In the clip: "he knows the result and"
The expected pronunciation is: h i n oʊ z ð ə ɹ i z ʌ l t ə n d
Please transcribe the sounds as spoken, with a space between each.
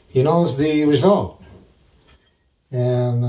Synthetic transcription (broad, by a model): h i n oʊ z ð ə ɹ i z ʌ l t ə n